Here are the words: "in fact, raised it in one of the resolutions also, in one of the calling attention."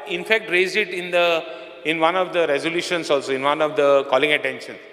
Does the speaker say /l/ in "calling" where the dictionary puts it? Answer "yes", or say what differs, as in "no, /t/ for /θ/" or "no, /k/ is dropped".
yes